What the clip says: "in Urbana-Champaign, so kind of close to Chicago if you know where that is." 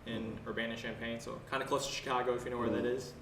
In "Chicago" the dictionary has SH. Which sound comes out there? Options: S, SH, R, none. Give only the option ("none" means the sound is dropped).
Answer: SH